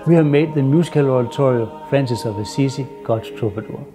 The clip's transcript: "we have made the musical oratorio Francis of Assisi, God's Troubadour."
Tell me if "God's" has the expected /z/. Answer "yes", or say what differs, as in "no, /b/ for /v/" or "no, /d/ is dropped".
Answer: no, /z/ is dropped